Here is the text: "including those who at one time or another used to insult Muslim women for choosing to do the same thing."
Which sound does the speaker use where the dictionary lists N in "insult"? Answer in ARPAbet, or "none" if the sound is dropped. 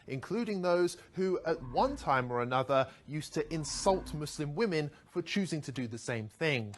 N